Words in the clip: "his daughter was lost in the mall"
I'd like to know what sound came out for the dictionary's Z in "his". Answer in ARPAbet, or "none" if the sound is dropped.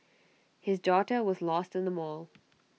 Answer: Z